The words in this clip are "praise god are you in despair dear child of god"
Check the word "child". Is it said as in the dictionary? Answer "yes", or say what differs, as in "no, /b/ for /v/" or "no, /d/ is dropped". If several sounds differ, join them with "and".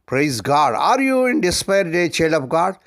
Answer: no, /d/ is dropped